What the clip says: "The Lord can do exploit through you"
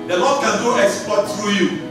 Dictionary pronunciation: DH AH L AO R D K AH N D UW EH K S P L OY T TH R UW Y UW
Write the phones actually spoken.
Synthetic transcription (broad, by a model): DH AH L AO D K AH N D UW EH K S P OY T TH R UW Y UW